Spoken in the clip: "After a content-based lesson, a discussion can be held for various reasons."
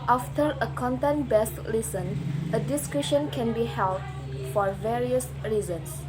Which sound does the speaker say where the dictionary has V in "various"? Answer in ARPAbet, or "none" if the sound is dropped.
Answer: V